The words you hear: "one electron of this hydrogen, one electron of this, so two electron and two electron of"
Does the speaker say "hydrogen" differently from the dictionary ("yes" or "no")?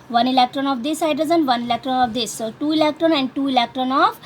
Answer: yes